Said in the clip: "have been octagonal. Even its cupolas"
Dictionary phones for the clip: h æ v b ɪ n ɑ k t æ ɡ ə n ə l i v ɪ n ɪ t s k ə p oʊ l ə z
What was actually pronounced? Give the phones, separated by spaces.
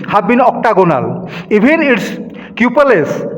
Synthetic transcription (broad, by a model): h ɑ b ɪ n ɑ k t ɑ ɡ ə n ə l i b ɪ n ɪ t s k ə p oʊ l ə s